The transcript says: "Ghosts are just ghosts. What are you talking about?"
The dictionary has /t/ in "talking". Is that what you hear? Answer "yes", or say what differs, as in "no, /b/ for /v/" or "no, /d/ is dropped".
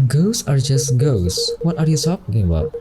no, /s/ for /t/